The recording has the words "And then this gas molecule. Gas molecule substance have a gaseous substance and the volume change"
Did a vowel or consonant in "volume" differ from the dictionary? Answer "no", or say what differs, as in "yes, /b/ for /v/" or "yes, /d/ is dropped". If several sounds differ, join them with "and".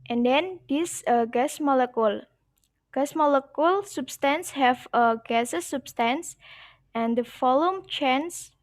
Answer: yes, /f/ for /v/